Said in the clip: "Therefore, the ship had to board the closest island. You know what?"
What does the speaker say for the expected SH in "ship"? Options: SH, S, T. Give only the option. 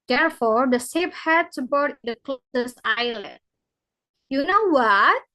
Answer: S